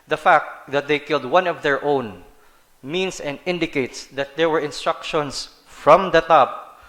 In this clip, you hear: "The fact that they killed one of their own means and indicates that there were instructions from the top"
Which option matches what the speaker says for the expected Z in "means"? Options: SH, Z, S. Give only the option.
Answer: S